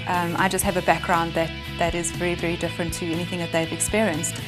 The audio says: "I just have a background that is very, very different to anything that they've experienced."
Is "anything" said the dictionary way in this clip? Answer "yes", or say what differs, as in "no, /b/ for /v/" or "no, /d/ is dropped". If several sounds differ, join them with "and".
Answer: yes